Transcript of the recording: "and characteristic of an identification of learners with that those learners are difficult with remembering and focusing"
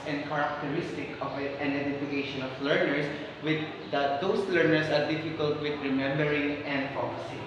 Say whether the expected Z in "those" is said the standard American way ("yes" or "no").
no